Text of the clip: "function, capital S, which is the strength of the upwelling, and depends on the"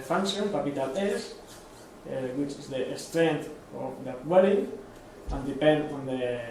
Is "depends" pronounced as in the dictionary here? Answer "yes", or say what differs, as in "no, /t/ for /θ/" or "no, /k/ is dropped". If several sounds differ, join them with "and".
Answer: no, /z/ is dropped